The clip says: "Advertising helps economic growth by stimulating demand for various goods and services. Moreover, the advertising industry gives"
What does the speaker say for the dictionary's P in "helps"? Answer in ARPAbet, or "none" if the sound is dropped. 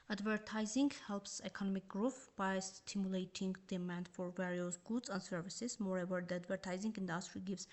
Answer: P